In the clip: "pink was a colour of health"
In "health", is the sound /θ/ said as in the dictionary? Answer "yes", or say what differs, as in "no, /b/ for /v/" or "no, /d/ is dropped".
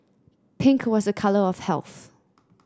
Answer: yes